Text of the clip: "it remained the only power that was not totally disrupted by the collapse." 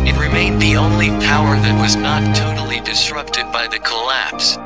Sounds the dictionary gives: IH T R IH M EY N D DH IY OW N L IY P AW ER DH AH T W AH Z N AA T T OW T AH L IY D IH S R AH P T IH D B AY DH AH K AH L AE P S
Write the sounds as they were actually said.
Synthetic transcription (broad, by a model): IH T R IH M EY N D DH IY OW N L IY P AW ER DH AH T W AH Z N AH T T OW T L IY D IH S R AH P T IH D B AY DH AH K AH L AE P S